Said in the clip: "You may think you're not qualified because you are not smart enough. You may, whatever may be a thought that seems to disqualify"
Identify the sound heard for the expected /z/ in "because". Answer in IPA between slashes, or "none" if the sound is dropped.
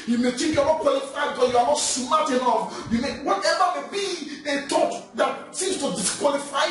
none